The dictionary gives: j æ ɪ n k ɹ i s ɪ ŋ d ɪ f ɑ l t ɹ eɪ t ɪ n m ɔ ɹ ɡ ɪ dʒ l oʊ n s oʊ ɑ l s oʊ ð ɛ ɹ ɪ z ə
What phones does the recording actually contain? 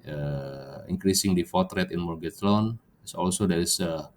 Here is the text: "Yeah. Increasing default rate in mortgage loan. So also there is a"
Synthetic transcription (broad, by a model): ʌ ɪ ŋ k ɹ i s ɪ ŋ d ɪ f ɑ t ɹ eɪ t ɪ n m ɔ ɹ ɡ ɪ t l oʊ n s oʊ ɑ l s oʊ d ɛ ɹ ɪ s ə